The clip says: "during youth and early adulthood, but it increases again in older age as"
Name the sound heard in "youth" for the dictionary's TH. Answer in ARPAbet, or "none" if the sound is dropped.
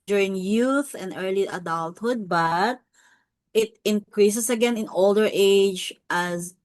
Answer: TH